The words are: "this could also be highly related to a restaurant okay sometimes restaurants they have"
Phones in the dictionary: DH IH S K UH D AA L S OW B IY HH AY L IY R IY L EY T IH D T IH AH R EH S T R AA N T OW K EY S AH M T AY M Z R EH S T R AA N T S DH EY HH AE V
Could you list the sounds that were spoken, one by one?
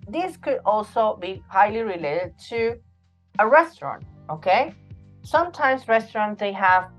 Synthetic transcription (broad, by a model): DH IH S K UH D AA L S OW B IY HH AY L IY R IY L EY T IH D T IH AH R EH S T R AA N T OW K EY S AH M T AY M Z R EH S T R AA N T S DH EY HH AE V